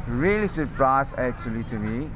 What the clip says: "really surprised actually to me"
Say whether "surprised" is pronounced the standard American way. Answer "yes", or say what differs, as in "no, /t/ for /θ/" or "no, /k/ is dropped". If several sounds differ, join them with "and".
no, /d/ is dropped